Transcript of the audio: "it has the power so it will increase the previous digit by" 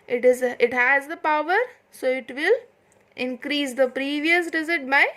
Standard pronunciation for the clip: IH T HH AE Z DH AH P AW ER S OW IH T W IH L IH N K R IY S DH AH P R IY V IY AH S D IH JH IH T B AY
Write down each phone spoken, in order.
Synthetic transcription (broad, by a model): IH T HH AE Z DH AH P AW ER S OW IH T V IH L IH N K R IY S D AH P R IY V IY AH S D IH Z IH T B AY